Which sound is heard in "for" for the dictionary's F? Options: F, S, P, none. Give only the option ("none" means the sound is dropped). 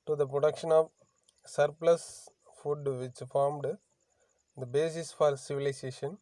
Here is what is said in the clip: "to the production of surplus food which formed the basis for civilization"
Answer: F